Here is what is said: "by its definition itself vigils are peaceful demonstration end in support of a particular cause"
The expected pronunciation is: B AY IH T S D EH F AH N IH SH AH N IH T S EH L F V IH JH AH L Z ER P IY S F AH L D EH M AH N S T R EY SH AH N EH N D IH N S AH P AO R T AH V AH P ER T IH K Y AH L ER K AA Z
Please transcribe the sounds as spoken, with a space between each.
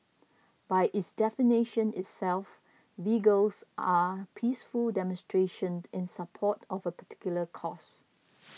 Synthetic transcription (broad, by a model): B AY IH T S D EH F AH N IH SH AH N IH T S EH L F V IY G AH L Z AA P IY S F AH L D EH M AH N S T R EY SH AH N N IH N S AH P AO T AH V AH P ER T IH K Y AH L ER K AA S